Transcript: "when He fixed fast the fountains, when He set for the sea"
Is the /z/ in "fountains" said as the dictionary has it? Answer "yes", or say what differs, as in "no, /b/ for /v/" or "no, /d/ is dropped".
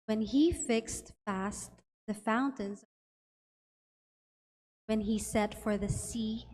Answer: yes